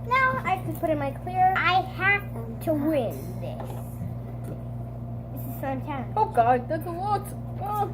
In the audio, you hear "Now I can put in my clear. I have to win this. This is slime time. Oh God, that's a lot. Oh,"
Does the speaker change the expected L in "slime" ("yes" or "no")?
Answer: yes